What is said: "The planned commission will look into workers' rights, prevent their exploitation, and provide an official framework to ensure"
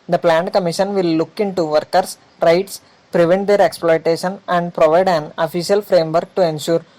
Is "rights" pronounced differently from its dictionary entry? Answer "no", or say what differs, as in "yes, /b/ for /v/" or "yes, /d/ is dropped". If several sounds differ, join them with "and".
no